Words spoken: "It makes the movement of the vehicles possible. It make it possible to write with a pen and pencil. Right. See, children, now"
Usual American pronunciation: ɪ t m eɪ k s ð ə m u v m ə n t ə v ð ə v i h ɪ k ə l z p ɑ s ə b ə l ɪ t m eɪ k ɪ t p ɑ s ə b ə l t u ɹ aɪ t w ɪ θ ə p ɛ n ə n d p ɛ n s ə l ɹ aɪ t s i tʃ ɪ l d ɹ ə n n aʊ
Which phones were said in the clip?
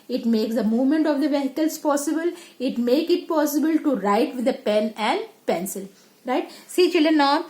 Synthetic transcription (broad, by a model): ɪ t m eɪ k s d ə m u v m ə n t ə v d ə v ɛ h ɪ k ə l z p ɑ s ə b ə l ɪ t m eɪ k ɪ t p ɑ s ə b ə l t u ɹ aɪ t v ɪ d ə p ɛ n ə n d p ɛ n s ə l ɹ aɪ t s i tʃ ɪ l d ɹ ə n n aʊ